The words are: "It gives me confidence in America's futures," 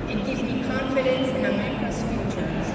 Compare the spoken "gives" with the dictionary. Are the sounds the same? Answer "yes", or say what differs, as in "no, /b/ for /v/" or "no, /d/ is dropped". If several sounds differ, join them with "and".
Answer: no, /z/ is dropped